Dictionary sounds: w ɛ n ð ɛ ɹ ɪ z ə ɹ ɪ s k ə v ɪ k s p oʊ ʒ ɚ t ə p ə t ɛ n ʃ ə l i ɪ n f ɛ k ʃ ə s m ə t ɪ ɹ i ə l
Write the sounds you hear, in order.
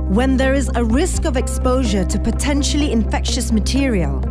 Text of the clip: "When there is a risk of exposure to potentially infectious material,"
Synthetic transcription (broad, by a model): w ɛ n ð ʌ ɹ ɪ z ə ɹ ɪ s k ə v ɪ k s p oʊ ʒ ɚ t ə p ə t ɛ n ʃ ə l i ɪ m f ɛ k ʃ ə s m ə t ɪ ɹ i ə l